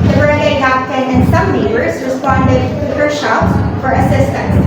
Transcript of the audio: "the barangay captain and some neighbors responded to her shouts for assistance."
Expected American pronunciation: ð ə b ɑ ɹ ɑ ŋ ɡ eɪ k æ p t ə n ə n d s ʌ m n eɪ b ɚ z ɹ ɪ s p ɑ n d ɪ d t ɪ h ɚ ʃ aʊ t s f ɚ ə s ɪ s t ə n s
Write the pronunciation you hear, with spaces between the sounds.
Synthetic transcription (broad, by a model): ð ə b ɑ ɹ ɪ ɡ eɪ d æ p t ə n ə n s ʌ m l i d ɚ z ɹ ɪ s p ɑ n d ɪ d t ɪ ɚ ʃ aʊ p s f ɚ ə s ɪ s t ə n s